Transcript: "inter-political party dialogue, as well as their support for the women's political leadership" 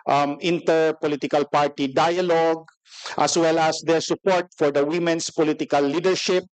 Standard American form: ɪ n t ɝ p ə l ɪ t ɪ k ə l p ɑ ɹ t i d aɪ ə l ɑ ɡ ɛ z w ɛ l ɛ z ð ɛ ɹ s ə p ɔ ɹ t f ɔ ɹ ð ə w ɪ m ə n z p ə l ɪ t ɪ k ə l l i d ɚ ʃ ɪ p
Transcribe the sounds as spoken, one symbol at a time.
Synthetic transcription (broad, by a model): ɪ n t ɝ p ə l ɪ t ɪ k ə l p ɑ ɹ t i d aɪ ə l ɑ ɡ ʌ s w ɛ l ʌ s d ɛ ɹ s ə p ɔ ɹ t f ɔ ɹ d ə w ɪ m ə n s p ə l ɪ t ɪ k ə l l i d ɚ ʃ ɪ p